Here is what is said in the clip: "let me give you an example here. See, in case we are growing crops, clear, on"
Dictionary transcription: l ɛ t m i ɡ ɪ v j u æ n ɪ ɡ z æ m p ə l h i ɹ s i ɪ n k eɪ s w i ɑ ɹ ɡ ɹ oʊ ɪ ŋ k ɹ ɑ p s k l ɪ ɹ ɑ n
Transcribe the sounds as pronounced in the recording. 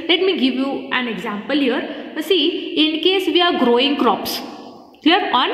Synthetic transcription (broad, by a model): l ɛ t m i ɡ ɪ v j u æ n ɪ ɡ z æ m p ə l h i ɹ s i ɪ n k eɪ s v i ɑ ɹ ɡ ɹ oʊ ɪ ŋ k ɹ ɑ p s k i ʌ ɹ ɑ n